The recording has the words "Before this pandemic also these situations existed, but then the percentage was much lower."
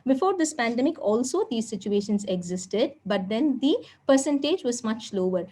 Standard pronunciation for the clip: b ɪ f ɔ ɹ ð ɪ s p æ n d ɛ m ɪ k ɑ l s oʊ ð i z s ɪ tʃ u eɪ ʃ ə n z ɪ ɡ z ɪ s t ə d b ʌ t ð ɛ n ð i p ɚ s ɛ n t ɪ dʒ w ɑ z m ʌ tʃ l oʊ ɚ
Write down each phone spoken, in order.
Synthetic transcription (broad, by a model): b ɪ f ɔ ɹ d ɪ s p æ n d ɛ m ɪ k ɑ l s oʊ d i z s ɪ tʃ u eɪ ʃ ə n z ɪ ɡ z ɪ s t ə d b ʌ t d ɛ n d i p ɚ s ɛ n t ɪ dʒ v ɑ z m ʌ tʃ l oʊ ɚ